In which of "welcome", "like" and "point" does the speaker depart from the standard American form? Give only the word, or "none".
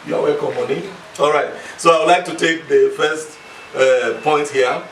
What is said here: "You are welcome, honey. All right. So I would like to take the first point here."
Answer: welcome